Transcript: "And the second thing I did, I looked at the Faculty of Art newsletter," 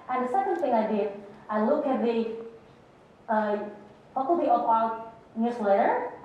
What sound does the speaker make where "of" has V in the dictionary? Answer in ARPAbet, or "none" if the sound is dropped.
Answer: P